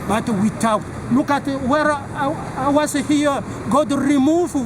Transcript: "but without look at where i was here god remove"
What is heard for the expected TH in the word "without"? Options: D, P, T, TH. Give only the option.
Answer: T